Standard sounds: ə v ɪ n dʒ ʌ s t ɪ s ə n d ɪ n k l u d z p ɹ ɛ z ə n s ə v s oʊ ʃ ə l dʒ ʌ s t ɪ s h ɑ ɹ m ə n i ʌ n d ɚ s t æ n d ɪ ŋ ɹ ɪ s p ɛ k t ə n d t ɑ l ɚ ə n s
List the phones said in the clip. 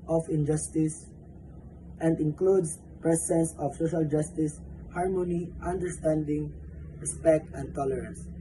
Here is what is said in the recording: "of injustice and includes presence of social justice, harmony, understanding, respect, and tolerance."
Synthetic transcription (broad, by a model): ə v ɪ n dʒ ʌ s t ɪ s ə n d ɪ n k l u d s p ɹ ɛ s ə n s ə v s oʊ ʃ ə l dʒ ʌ s t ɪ s h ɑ ɹ m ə n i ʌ n d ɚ s t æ n d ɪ ŋ ɹ ɪ s p ɛ k t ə n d t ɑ l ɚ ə n s